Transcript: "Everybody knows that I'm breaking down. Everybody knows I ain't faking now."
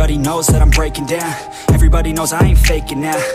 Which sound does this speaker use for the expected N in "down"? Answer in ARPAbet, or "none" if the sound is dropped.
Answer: N